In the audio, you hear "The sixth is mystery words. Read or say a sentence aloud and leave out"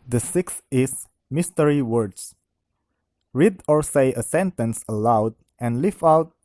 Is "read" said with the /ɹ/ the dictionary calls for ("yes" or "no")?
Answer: yes